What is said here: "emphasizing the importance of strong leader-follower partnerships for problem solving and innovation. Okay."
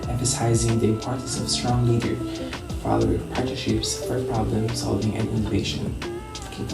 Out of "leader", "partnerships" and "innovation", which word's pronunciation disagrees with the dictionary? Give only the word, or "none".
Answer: partnerships